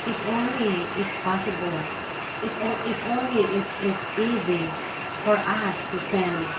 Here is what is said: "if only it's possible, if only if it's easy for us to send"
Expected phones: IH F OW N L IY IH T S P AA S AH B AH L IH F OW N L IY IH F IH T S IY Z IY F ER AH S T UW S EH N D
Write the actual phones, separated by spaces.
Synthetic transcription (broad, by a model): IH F OW N L IY IH T S P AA S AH B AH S IH F OW N L IY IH IH T S IY Z IY F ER AH S T UW S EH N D